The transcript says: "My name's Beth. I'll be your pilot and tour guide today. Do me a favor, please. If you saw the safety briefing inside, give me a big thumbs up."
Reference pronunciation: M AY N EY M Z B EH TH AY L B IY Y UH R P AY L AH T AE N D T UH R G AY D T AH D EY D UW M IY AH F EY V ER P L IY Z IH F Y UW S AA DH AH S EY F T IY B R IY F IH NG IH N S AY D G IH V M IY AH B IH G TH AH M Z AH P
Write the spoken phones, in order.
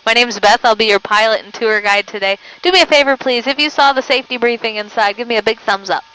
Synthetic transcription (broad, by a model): M AY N EY M Z B EH TH AY L B IY Y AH R P AY L AH T N T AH R G AY D T AH D EY D UW M IY AH F EY V ER P L IY Z IH F Y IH S AA DH AH S EY F T IY B R IY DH IH NG IH N S AY D G IH V M IY AH B IH G TH AH M Z AH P